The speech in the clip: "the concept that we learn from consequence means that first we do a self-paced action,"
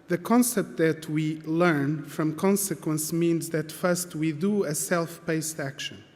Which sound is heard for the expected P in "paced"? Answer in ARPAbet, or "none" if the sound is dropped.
B